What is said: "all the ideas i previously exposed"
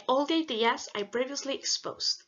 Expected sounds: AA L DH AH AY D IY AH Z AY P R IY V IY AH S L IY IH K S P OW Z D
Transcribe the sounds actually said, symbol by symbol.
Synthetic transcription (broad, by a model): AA L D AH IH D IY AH S AY B R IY V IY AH S L IY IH K S P OW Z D